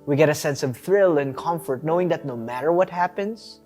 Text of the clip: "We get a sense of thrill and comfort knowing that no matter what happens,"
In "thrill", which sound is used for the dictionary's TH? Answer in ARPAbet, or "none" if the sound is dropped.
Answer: TH